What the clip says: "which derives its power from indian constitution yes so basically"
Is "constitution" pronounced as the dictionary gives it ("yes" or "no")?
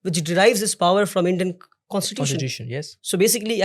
no